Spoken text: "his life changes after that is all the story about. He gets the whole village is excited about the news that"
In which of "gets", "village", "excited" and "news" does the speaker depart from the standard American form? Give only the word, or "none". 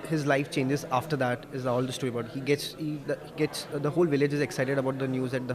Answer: none